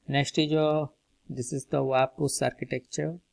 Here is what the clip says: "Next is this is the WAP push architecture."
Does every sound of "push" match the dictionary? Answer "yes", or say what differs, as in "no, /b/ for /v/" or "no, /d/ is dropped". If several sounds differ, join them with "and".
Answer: no, /s/ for /ʃ/